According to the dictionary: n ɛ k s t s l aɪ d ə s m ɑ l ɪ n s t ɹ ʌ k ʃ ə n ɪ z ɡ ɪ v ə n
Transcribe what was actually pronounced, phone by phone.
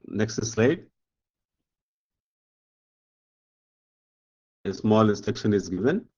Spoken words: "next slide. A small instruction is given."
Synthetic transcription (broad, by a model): n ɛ k s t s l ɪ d ə s m ɑ l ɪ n s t ʌ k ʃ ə n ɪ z ɡ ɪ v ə n